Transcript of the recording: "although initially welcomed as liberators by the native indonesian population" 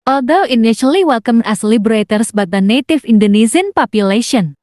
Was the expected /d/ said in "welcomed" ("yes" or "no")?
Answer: no